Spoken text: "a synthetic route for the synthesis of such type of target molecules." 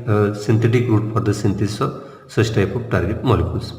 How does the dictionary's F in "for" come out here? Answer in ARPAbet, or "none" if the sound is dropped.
P